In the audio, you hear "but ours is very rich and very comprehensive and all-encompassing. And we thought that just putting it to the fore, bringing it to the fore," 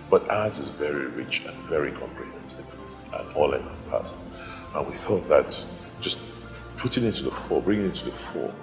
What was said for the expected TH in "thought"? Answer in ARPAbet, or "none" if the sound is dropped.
TH